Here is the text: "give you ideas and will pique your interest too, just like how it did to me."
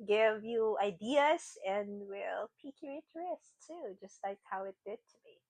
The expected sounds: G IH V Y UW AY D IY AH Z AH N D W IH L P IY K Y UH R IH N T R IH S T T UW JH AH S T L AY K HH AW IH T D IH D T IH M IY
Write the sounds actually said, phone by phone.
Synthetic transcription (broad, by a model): G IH V Y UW AY D IY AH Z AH N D W IH L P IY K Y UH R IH T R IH S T T UW JH AH S T L AY K HH AW IH T D IH D T IH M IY